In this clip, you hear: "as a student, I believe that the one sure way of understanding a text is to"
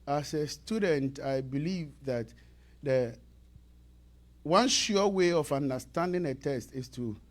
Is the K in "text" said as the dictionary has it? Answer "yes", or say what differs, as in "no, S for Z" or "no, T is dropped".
no, K is dropped